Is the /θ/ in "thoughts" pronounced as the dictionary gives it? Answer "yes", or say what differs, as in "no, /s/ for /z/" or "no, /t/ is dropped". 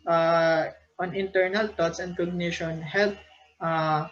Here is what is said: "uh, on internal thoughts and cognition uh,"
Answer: no, /t/ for /θ/